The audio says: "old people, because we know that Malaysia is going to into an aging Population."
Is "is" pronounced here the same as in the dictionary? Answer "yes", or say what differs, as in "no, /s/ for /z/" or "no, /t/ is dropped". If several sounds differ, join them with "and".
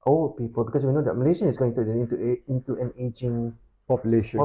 no, /s/ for /z/